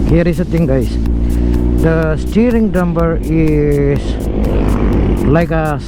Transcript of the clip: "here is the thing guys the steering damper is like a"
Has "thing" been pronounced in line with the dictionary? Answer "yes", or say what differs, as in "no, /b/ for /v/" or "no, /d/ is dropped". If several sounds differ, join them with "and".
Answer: no, /t/ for /θ/